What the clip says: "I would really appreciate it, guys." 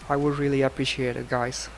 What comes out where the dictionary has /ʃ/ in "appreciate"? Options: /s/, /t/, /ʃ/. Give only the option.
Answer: /ʃ/